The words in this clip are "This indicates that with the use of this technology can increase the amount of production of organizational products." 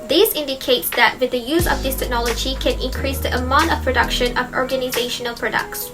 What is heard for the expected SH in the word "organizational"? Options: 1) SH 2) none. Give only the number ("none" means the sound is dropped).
1